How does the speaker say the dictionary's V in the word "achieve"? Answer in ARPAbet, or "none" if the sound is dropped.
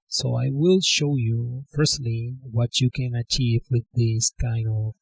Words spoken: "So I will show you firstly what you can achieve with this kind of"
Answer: V